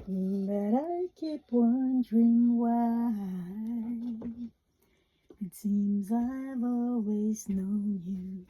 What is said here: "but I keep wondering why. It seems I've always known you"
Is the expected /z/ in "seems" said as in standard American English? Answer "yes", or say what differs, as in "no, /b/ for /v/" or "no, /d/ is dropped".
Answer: yes